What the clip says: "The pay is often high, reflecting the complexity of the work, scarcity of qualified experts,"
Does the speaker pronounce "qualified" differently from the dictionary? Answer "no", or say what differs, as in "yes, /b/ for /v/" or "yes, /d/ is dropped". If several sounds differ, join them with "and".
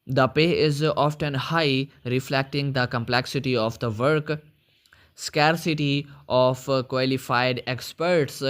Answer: no